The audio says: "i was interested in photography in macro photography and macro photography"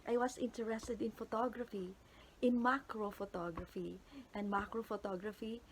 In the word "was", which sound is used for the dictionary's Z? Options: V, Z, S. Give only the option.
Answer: S